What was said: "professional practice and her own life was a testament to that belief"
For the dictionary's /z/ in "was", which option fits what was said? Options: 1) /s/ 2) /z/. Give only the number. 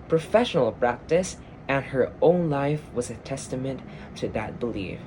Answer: 2